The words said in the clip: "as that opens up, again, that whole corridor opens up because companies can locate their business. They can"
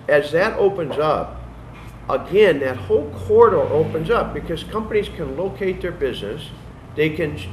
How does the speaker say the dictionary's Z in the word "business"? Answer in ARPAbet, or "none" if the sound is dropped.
Z